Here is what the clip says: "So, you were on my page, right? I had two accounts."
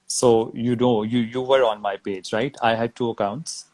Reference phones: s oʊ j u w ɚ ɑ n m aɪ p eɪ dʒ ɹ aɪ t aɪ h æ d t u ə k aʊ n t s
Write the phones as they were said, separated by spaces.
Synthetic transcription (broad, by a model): s oʊ j u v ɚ ɑ n m aɪ p eɪ dʒ ɹ aɪ t aɪ h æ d t u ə k aʊ n t s